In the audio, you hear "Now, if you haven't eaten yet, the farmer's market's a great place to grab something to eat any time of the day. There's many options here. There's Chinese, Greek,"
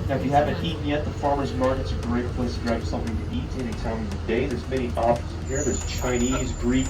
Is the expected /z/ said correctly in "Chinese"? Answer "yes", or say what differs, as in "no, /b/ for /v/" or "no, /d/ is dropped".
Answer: yes